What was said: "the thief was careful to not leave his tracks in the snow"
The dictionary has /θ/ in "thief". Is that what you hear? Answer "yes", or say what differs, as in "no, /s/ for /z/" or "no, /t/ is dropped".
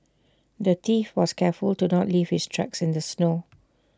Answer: no, /t/ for /θ/